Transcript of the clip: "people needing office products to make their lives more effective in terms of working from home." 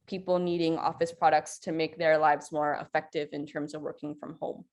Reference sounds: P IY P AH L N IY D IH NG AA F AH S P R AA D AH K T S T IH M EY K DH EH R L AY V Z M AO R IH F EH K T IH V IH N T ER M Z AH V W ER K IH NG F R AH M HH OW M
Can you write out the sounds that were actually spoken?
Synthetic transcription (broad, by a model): P IY P L N IY D IH NG AA F AH S P R AA D AH K T S T IH M EY K DH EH R L AY V Z M AO R IH F EH K T IH V IH N T ER M Z AH V W ER K IH NG F R AH M HH OW M